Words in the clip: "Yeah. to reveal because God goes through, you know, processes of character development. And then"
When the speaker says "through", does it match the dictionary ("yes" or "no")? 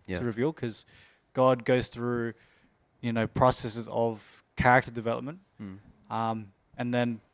yes